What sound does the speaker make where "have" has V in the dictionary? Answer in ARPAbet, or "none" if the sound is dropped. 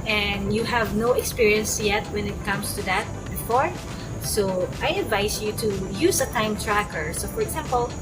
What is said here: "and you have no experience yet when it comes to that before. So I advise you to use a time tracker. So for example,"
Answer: V